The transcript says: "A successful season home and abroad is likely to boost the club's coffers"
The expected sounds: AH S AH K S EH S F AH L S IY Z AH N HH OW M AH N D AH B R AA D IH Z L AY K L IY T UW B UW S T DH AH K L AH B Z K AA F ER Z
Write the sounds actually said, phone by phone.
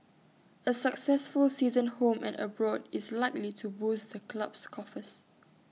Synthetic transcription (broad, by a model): AH S AH K S EH S F AH L S IY Z AH N HH OW M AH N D AH B R AA D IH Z L AY K L IY T UW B UW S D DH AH K L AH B S K AA F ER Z